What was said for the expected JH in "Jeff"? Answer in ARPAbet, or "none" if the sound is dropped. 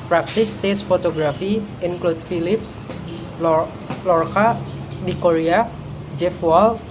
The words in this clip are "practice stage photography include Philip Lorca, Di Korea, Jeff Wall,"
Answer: JH